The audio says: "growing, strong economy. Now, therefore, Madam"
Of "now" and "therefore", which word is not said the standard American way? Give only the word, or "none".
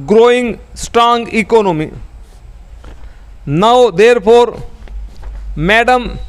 therefore